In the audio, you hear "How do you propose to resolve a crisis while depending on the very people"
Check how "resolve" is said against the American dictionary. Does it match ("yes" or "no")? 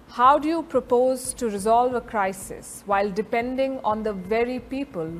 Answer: yes